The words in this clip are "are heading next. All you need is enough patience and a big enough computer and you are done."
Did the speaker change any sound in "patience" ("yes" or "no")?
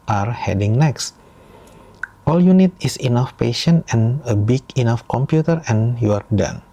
yes